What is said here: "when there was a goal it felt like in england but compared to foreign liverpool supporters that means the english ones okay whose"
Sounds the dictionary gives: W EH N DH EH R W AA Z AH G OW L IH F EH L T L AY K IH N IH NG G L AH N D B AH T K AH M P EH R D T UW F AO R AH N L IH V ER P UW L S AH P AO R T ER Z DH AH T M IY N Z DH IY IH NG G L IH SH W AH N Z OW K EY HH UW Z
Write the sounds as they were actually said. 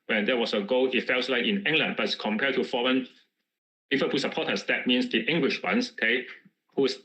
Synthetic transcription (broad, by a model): W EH N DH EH W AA S AH G OW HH IH F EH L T L AY K IH N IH NG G L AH N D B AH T K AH M P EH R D T UW F AO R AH N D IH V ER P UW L S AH P AO T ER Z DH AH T M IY N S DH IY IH NG G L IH SH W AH N S OW K EY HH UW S